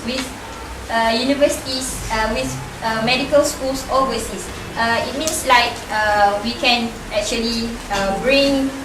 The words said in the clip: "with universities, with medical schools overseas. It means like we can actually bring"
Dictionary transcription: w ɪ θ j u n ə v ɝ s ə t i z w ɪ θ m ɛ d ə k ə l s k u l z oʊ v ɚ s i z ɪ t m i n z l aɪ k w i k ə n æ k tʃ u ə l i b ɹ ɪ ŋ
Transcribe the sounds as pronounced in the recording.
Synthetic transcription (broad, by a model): w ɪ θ j u n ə v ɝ s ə t i s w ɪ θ m ɛ d ə k ə l s k u l s oʊ ɚ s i s ɪ t m i n s l aɪ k w i k ə n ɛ k tʃ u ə l i b ɹ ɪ ŋ